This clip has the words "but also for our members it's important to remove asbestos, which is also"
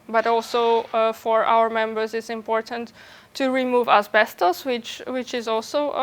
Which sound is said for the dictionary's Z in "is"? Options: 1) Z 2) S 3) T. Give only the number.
1